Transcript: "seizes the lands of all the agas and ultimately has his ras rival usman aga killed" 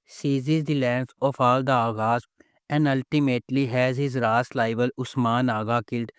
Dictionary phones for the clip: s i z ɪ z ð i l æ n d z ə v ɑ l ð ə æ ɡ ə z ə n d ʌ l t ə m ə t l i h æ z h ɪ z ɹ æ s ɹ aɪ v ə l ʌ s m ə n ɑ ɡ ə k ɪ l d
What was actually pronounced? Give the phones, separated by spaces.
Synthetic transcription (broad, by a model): s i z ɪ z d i l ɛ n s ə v ɑ l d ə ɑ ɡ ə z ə n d ʌ l t ə m ə t l i h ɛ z h ɪ z ɹ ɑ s l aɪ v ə l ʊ s m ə n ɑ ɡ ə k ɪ l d